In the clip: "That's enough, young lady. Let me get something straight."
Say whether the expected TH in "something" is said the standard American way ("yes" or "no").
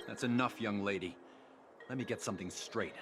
yes